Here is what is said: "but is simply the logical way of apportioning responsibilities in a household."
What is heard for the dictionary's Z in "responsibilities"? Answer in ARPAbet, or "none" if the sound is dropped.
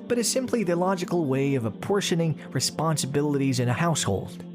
Z